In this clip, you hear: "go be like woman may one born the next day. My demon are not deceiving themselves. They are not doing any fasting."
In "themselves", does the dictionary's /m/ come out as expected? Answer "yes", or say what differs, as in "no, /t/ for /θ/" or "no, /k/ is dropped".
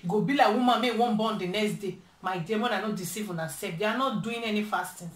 no, /m/ is dropped